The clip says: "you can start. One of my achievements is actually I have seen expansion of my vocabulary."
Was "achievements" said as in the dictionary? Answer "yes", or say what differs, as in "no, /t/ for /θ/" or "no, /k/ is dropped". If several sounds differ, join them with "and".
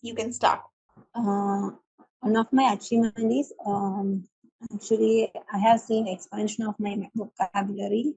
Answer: no, /v/ is dropped